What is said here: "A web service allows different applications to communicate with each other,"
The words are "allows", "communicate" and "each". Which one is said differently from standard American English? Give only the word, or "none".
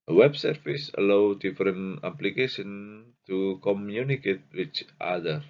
allows